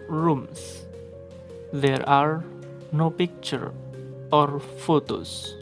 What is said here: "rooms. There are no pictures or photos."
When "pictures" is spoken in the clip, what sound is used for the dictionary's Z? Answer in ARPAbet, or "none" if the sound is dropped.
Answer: none